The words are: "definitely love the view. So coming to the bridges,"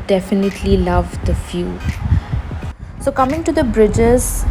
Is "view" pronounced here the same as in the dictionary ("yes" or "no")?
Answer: no